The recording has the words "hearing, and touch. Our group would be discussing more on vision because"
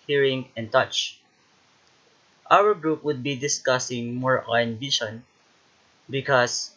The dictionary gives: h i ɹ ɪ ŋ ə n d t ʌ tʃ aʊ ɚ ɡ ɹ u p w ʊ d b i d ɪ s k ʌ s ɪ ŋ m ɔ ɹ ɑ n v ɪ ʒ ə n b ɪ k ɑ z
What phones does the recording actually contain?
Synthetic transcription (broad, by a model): h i ɹ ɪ ŋ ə n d t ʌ tʃ aʊ ɚ ɡ ɹ u p w ʊ d b i d ɪ s k ʌ s ɪ ŋ m ɔ ɹ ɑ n b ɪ ʃ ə n b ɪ k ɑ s